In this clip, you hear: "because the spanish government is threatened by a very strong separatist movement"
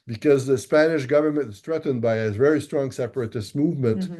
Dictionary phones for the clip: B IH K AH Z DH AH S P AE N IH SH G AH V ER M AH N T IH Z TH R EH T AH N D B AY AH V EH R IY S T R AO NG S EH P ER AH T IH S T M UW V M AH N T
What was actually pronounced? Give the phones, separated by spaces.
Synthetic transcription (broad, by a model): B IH K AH Z DH AH S P AE N IH SH G AH V ER M AH N T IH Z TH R EH T N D B AY AH V EH R IY S T R AO NG S EH P ER AH T IH S T M UW V M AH N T